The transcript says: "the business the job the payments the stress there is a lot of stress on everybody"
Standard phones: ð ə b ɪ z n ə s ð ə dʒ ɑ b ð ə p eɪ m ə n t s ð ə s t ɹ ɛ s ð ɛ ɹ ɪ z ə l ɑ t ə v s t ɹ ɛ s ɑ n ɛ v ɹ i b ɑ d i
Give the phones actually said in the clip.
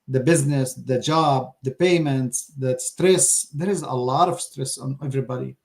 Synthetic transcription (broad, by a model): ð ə b ɪ z n ə s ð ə dʒ ɑ b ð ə p eɪ m ə n t s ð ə s t ɹ ɛ s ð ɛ ɹ ɪ z ə l ɑ t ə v s t ɹ ɛ s ɑ n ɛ v ɹ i b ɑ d i